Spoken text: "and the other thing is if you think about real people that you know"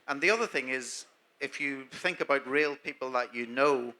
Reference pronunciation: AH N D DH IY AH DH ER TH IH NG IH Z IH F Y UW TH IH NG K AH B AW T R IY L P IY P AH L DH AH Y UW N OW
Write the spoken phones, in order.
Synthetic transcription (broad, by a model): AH N DH IY AH DH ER TH IH NG IH Z IH F Y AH TH IH NG K AH B AW T R IY L P IY P AH L DH AH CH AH N OW